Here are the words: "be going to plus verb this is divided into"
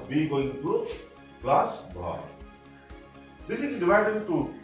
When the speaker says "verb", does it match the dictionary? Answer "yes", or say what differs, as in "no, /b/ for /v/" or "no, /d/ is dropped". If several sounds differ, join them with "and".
no, /b/ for /v/